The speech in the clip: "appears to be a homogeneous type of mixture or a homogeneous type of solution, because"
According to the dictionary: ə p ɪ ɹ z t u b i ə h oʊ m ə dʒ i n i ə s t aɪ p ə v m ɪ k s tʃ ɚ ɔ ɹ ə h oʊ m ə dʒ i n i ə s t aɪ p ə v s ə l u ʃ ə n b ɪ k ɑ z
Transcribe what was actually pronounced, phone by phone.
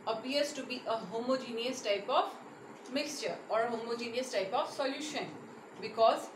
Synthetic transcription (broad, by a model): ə p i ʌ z t u b i ə h oʊ m ə dʒ i n i ə s t aɪ p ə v m ɪ k s tʃ ɚ ɔ ɹ ə h oʊ m ə dʒ i n i ə s t aɪ p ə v s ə l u ʃ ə n b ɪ k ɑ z